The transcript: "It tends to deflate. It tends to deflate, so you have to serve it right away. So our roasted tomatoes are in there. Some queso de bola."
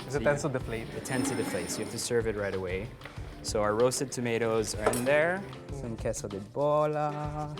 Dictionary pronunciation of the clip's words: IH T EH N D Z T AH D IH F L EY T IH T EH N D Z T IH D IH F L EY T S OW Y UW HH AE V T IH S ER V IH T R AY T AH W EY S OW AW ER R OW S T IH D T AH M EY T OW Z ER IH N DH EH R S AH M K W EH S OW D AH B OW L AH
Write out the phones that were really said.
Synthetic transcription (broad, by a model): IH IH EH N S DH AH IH F L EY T IH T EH N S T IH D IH F L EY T S OW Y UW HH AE F T IH S ER V IH T R AY T AH W EY S OW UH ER R OW S T IH D T AH M EY T OW Z ER IH N DH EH R S AH M K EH S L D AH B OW L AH